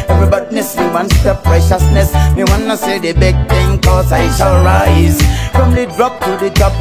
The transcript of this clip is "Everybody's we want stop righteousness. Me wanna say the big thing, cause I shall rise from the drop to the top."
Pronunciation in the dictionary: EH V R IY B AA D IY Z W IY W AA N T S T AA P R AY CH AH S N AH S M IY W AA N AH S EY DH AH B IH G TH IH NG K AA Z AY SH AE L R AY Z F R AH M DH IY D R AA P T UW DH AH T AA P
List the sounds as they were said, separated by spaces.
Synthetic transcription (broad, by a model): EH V R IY B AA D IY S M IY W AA N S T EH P R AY SH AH S N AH S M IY W AA N AH S EY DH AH B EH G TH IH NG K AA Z AY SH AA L R AY Z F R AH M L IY D R AA P T UW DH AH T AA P